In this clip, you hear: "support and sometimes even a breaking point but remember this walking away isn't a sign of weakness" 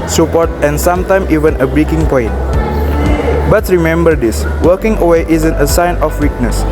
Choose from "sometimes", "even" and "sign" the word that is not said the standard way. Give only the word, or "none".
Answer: sometimes